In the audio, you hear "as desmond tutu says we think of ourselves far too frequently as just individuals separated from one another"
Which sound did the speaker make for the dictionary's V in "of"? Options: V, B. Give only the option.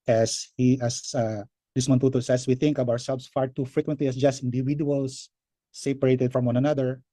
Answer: B